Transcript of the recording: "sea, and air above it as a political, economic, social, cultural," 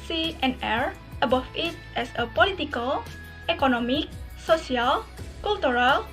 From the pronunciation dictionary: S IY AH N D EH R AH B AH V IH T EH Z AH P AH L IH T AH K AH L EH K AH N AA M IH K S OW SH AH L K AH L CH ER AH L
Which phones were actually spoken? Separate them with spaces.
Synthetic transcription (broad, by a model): S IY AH N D EH R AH B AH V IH T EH S AH P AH L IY T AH K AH L EH K AH N AA M IH K S OW S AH L K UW L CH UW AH L